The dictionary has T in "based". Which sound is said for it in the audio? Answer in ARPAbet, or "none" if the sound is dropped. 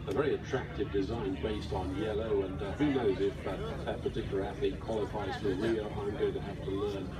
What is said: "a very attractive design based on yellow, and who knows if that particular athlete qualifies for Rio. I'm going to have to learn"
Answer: T